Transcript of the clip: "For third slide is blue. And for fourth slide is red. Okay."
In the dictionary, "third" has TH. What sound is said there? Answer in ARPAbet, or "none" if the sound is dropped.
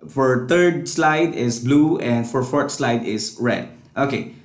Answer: T